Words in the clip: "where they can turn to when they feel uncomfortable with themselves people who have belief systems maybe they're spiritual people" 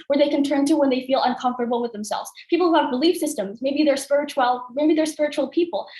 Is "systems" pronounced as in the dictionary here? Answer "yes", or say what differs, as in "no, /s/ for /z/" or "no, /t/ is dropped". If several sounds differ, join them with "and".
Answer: yes